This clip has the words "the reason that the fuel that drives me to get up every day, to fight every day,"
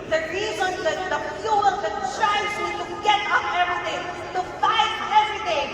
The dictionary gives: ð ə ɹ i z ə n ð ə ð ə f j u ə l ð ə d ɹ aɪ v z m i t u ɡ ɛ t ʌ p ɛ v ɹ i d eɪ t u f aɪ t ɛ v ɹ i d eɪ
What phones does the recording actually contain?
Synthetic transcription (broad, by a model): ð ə ɹ i z ə n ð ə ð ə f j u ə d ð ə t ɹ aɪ z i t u ɡ ɛ t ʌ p ɛ v ɹ i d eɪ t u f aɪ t ɛ v ɹ i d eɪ